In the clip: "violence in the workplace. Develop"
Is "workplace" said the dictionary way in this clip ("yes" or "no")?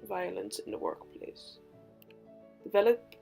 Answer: yes